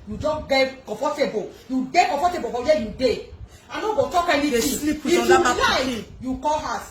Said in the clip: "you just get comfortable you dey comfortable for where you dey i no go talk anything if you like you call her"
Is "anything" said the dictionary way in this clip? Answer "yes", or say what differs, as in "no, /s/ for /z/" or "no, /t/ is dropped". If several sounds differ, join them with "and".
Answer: no, /t/ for /θ/